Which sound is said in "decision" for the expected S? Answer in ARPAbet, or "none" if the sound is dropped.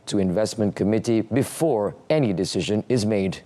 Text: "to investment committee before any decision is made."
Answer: S